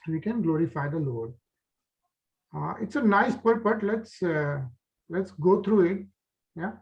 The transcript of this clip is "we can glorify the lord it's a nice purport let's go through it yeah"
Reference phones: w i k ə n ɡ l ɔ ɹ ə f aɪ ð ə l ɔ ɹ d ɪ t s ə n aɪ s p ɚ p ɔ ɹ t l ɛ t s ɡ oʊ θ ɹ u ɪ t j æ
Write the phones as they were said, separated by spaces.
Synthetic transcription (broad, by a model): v i k ə n ɡ l ɔ ɹ ə f aɪ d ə l ɔ ɹ d ɪ t s ə n aɪ s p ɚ b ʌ l t l ɛ t s ɡ oʊ t ɹ u ɪ t j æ